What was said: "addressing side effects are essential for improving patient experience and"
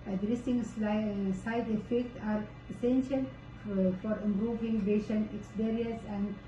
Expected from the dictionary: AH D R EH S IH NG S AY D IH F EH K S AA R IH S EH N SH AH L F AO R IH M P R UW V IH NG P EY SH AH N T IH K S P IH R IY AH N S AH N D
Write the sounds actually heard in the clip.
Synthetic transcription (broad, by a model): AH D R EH S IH NG S AY D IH F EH K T AA R IH S EH N SH AH L F AO R IH M P R UW V IH NG B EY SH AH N IH K S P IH R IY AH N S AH N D